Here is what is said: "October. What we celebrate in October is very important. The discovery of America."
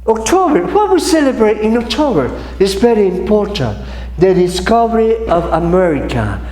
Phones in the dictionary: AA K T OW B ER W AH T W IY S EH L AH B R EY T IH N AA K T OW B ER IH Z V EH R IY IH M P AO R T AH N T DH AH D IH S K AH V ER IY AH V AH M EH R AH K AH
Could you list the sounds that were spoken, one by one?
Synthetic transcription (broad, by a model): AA K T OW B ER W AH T W IY S EH L AH B R EY T IH N AA K T OW B ER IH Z B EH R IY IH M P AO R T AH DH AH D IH S K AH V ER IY AH V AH M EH R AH K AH